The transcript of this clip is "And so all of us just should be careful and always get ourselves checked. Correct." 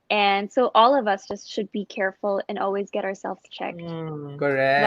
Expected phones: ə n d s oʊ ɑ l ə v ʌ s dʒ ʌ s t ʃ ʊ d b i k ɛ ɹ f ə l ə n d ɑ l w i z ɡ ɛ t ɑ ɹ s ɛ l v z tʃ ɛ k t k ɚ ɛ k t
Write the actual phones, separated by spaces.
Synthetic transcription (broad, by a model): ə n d s oʊ ɑ l ə v ʌ s dʒ ʌ s t ʃ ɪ d b i k ɛ ɹ f l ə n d ɑ l w i z ɡ ɛ t ɑ ɹ s ɛ l v z tʃ ɛ k t k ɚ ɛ